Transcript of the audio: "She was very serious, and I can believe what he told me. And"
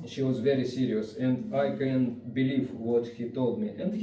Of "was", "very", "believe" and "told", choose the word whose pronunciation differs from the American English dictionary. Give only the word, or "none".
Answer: none